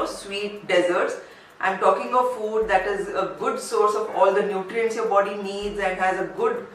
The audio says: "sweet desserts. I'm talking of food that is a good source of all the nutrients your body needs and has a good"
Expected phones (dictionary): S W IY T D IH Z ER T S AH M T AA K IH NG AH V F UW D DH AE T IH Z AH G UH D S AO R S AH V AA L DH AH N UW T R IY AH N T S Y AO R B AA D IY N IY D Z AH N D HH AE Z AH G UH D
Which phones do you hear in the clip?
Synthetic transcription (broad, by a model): S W IY T D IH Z ER T S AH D T AA K IH NG AH V F UW D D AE T IH Z AH G UH D S AO R S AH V AA L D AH N UW T R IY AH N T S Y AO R B AA D IY N IY D Z AH N D HH AE Z AH G UH D